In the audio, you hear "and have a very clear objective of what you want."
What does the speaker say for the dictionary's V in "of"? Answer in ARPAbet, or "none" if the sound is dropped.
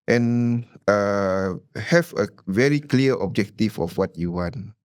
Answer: F